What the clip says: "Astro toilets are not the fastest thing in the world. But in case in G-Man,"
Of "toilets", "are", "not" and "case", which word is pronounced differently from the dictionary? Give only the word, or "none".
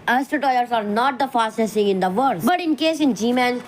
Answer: toilets